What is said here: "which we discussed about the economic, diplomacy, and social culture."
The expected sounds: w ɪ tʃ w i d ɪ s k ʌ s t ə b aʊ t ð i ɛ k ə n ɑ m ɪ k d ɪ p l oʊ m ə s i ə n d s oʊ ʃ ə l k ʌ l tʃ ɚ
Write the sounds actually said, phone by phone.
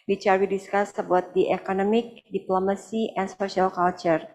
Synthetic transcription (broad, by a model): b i tʃ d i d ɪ s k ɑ s ə b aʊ t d i ɛ k ə n ɑ m ɪ k d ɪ p l oʊ m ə s i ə n s oʊ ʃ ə l k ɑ l tʃ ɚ